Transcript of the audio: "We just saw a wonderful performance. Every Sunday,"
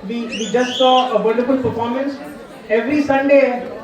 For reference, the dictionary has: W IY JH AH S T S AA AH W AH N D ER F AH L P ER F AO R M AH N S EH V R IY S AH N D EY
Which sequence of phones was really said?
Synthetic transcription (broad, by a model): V IY JH AH S T S AA AH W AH L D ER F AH L P ER F AO R M AH N S EH V R IY S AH N D EY